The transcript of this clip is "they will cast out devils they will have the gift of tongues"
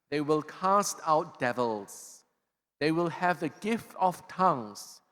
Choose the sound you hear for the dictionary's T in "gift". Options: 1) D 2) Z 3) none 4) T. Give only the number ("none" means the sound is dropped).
4